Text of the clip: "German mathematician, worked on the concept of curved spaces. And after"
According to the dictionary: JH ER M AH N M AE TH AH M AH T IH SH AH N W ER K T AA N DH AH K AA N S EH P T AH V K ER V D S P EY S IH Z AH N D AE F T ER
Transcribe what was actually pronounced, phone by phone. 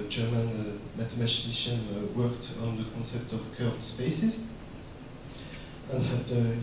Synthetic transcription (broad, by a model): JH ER M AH N M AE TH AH M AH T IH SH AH N W ER K T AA N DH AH K AA N S EH P T AH V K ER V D S P EY S IH Z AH N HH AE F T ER